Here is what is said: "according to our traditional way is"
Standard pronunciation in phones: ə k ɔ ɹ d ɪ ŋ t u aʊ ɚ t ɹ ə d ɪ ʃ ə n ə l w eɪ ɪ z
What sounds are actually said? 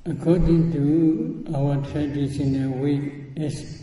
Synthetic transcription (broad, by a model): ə k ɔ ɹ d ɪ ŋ t u aʊ ɚ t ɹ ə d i s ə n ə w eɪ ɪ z